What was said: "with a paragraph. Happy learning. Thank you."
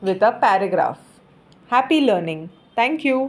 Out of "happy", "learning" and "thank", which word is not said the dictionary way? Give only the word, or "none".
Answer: thank